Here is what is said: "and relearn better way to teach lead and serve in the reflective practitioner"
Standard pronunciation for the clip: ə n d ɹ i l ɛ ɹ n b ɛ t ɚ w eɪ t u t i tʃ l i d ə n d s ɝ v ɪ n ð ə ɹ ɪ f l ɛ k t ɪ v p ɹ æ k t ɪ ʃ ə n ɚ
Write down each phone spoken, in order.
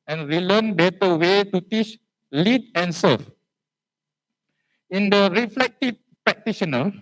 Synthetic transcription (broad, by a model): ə n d ɹ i l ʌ n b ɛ t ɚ w eɪ t u t i tʃ l i d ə n s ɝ f ɪ n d ə ɹ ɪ f l ɛ k t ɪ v p ɹ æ k t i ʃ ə n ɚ